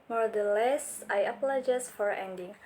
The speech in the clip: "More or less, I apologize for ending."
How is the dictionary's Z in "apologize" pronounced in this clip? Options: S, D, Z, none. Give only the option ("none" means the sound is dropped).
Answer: S